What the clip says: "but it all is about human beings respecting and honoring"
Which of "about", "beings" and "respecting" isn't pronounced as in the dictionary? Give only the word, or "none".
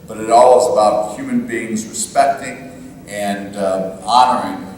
none